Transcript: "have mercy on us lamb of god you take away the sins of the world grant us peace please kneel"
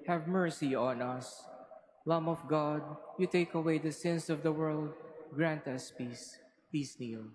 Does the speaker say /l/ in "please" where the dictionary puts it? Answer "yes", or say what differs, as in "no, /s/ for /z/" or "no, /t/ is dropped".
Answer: no, /l/ is dropped